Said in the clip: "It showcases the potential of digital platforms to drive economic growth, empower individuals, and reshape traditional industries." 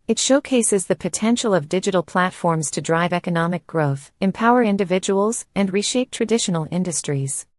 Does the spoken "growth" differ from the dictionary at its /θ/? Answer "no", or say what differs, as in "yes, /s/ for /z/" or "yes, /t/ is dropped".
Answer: no